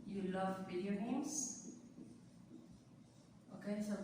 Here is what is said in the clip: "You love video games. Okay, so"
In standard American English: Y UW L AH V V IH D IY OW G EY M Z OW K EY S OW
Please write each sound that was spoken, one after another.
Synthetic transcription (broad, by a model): Y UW L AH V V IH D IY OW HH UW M S OW K EY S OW